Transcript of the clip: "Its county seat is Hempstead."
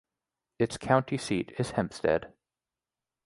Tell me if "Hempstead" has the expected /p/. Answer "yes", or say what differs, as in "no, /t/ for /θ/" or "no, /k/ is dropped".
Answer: yes